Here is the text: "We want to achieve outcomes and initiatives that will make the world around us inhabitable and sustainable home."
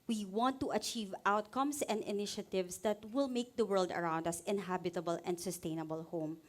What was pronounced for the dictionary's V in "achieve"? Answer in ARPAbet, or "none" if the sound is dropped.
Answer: V